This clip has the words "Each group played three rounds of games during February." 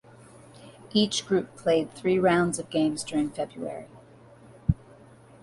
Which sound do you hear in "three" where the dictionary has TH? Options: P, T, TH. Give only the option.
TH